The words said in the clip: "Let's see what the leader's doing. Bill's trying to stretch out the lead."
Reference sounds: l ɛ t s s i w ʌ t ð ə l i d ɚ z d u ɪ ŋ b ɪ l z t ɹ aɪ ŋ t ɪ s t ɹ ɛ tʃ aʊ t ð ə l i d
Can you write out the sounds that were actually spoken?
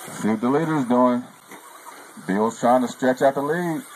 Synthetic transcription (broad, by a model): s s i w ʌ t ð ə l i d ɚ z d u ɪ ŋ b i l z t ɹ aɪ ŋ t ɪ s t ɹ ɛ tʃ aʊ t ð ə l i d